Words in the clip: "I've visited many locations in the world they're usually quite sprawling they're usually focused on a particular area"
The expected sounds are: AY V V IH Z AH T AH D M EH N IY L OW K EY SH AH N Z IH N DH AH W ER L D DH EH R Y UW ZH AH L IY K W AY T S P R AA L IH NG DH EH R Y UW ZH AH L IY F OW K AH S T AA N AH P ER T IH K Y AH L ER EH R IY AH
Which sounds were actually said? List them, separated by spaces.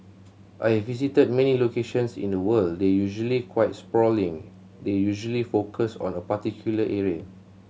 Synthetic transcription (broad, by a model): AY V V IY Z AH T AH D M EH N IY L OW K EY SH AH N S IH N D AH W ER L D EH Y UW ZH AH L IY K W AY T S P R AA L IH NG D EH Y UW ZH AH L IY F OW K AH S AA N AH P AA T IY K Y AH L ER EH R IY AH